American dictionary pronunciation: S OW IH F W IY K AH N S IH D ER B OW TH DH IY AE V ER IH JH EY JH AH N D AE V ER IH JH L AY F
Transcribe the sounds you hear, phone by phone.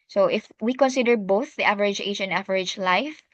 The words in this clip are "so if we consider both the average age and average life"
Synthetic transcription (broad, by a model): S OW IH F W IY K AH N S IH D ER B OW TH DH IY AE V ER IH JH EY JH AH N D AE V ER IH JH L AY F